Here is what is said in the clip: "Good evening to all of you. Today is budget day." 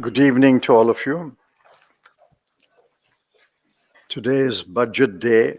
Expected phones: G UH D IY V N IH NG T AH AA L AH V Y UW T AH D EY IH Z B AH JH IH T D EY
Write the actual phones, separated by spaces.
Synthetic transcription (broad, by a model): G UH D IY V N IH NG T AH AA L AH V Y UW T AH D EY IH Z B AH JH IH T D EY